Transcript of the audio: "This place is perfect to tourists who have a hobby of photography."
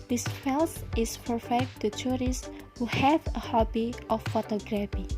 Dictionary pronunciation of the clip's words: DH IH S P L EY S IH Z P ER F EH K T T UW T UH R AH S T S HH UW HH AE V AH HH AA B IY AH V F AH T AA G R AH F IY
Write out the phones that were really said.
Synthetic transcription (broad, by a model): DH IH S F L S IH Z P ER F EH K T T UW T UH R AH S S HH UW HH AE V AH HH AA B IY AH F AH T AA G R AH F IY